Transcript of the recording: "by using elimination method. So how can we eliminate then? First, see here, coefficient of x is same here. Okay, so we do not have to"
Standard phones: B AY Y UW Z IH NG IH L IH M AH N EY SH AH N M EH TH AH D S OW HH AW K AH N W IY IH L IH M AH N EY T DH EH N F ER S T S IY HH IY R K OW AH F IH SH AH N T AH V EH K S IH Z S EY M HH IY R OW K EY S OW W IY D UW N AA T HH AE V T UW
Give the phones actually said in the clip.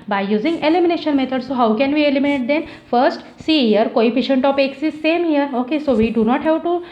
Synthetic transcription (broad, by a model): B AY Y UW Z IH NG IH L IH M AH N EY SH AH N M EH T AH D S OW HH AW K AH N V IY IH L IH M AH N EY T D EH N F ER S T S IY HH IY R K OW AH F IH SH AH N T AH P EH K S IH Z S EY M HH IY R OW K EY S OW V IY D UW N AA T HH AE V T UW